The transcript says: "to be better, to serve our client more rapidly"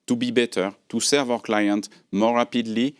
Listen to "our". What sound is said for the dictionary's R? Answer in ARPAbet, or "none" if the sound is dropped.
W